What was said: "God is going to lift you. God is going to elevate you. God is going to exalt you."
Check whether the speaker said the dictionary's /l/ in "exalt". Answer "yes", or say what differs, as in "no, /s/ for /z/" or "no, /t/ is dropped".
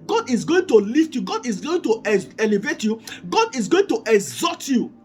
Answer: no, /l/ is dropped